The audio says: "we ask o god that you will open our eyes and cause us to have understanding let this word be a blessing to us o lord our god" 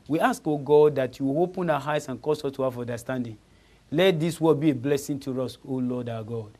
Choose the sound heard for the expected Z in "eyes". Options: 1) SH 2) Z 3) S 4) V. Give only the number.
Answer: 3